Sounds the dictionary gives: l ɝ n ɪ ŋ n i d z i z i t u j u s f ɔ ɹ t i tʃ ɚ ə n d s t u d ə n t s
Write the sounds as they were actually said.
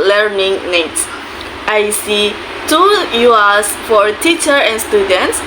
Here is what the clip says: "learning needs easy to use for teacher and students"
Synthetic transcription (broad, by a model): l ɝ n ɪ ŋ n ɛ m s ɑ s i t u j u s f ɔ ɹ t i tʃ ɚ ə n s t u d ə n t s